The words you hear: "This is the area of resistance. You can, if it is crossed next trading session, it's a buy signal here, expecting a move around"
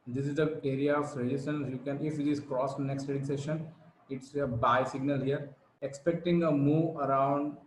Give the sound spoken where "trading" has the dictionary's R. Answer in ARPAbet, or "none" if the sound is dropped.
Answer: none